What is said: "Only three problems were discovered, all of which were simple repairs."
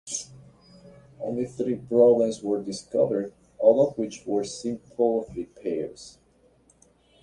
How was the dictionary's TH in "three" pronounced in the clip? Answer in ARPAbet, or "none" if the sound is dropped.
TH